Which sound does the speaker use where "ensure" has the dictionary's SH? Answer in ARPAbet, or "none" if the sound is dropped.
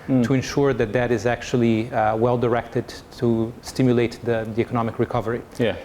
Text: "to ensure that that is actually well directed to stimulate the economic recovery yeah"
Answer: SH